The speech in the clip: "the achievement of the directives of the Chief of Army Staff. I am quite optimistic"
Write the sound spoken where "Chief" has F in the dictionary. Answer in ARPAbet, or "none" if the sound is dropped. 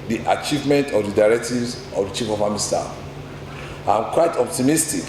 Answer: F